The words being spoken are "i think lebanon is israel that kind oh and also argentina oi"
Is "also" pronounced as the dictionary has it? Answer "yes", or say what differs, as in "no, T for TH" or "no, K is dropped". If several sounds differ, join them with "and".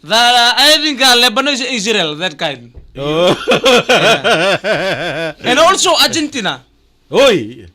yes